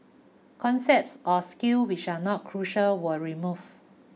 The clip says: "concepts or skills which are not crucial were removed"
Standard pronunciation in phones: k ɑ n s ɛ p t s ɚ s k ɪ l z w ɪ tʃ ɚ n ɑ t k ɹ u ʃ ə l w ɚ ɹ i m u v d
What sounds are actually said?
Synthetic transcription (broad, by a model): k ɑ n s ɛ p t s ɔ s k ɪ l w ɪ tʃ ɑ n ɑ t k ɹ u ʃ ə l w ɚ ɹ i m u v